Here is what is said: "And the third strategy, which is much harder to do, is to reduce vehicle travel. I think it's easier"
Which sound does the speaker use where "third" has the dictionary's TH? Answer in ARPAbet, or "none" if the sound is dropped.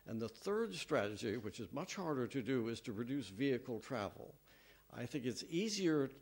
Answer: TH